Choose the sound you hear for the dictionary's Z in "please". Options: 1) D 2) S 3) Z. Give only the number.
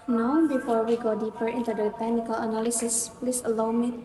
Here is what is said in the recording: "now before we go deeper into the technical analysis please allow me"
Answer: 2